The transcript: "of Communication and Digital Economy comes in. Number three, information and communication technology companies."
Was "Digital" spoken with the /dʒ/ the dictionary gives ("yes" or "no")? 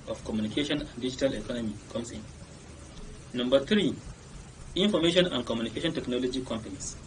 yes